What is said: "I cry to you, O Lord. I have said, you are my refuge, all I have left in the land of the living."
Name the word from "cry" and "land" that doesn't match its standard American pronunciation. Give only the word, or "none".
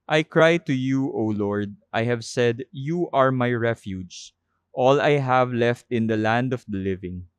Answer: none